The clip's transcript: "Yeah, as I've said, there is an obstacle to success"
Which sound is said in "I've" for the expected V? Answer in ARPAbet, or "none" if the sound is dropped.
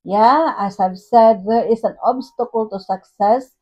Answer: B